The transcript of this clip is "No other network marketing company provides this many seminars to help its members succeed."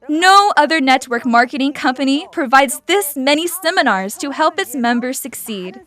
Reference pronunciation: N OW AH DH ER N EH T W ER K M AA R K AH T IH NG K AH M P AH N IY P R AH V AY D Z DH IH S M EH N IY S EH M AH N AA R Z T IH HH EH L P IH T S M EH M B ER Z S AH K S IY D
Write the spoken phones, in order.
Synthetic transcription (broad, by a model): N OW AH DH ER N EH T W ER K M AA R K AH T IH NG K AH M P AH N IY P R AH V AY D Z DH IH S M EH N IY S EH M AH N AA R Z T IH HH EH L P IH T S M EH M B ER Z S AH K S IY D